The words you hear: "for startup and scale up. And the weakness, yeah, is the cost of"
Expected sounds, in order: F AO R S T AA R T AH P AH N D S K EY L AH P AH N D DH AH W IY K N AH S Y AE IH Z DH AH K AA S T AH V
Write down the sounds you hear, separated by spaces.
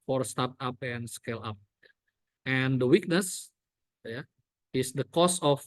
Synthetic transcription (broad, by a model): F AO R S T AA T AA P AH N S K EY L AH P AH N D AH W IY K N AH S Y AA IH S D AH K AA S AH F